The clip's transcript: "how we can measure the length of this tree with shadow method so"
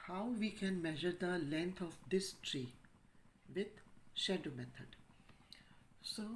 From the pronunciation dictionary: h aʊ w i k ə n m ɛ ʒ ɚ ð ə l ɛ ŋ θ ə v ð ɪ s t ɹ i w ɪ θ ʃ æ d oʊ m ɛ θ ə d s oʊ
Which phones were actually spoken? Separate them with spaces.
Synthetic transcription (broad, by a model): h aʊ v i k ə n m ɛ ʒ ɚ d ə l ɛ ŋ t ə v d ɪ s t ɹ i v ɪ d ʃ æ d oʊ m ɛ t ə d s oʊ